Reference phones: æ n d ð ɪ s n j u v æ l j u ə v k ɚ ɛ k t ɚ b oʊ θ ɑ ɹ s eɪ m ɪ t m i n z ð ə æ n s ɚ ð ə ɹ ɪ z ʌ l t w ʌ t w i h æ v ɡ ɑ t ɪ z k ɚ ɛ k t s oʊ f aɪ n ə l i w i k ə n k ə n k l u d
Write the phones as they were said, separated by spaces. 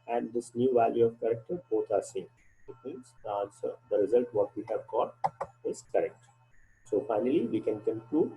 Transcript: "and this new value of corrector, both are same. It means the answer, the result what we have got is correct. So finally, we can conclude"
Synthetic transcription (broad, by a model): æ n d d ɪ s n j u v æ l j u ə v k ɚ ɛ k t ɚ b oʊ t ɑ ɹ s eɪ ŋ ɪ t m i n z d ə n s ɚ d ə ɹ ɪ z ʌ l t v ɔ t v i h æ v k ɑ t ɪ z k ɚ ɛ k t s oʊ f aɪ n ə l i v i k ə n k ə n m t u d